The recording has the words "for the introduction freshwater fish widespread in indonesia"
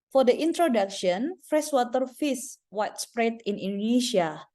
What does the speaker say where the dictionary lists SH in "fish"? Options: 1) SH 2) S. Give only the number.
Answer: 2